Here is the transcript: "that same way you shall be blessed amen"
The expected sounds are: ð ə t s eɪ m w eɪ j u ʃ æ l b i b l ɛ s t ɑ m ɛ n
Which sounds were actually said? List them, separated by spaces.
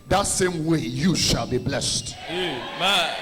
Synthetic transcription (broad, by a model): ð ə t s eɪ m w eɪ j u ʃ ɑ l b i b l ɛ s t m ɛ